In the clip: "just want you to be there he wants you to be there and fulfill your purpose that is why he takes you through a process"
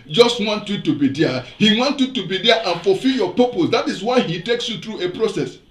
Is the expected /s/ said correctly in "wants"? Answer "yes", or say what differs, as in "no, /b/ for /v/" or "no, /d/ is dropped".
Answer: no, /s/ is dropped